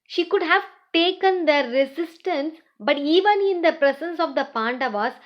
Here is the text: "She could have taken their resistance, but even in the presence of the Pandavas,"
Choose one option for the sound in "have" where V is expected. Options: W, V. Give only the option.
V